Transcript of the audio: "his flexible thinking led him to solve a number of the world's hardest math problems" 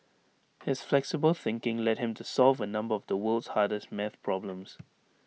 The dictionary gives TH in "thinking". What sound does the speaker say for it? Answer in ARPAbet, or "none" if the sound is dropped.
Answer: TH